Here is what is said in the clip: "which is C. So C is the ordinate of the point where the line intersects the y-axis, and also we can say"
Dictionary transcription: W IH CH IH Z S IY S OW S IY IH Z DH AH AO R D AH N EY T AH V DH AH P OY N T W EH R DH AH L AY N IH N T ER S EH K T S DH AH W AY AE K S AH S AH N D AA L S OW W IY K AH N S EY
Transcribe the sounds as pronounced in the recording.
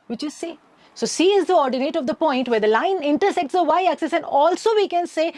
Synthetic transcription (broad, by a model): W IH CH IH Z S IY S OW S IY IH Z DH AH AO R D AH N EY T AH V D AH P OY N T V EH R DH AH L AY N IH N T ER S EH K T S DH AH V AY AE K S AH S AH N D AA L S OW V IY K AH N S EY